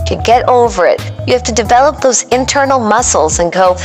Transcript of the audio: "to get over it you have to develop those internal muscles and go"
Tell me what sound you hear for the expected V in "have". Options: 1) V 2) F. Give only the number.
2